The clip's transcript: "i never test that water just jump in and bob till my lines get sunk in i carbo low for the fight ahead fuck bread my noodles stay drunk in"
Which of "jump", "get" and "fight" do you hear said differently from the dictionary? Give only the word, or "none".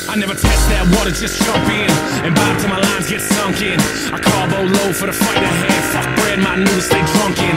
jump